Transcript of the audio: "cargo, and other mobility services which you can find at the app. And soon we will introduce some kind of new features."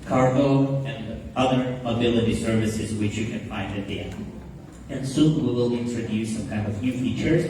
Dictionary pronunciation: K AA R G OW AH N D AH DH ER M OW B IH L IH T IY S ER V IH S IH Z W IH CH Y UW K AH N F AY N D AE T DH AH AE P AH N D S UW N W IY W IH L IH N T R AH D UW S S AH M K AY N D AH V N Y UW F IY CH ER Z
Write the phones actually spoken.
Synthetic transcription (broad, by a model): K AA R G OW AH N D AH DH ER M OW B IH L IH T IY S ER V IH S IH Z W IH CH Y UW K AH N F AY N D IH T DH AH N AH N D S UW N W IY W IH L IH N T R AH D UW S S AH M K AY N D AH V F Y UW F IY CH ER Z